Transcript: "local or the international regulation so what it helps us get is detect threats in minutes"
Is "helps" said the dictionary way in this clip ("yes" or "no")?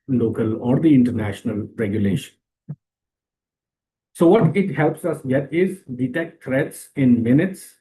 yes